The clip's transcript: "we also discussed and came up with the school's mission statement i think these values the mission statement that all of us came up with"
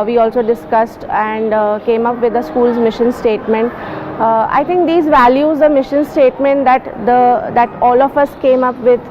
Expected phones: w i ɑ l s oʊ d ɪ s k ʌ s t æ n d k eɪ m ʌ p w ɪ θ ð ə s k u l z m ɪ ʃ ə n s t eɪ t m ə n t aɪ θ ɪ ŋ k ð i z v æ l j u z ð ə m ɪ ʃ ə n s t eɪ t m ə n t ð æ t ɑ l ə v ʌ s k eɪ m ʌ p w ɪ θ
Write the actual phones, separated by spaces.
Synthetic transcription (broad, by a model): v i ɑ l s oʊ d ɪ s k ʌ s t æ n d k eɪ m ʌ p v ɪ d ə s k u l z m ɪ ʃ ə n s t eɪ t m ə n t aɪ t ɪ ŋ k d i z v æ l j u z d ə m ɪ ʃ ə n s t eɪ t m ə n t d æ t ɑ l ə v ʌ s k eɪ m ʌ p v ɪ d